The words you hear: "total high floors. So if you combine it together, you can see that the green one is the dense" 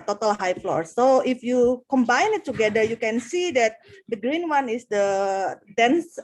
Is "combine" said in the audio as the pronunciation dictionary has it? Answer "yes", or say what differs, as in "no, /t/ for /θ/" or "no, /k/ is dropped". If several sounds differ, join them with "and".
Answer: yes